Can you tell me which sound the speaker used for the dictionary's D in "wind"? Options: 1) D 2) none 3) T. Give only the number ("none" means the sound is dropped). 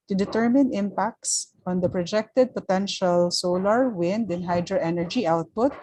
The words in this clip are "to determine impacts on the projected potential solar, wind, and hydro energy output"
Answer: 1